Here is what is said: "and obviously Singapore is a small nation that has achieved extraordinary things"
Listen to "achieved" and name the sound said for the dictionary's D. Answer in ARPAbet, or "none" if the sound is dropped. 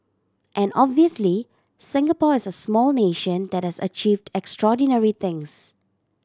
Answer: D